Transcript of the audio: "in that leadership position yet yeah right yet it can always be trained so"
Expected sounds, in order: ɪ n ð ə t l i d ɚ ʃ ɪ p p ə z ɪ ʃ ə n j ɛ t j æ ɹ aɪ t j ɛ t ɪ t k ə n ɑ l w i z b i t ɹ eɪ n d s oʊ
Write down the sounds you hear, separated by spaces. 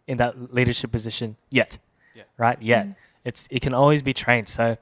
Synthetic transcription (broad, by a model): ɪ n ð ə t l i d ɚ ʃ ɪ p p ə z ɪ ʃ ə n j ɛ t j ɹ aɪ t j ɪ t ɪ t k ə n ɑ l w i z b i t ɹ eɪ n d s oʊ